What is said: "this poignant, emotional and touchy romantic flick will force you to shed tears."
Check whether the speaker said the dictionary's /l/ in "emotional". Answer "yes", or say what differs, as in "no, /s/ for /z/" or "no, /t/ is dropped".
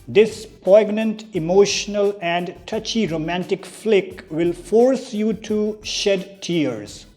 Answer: yes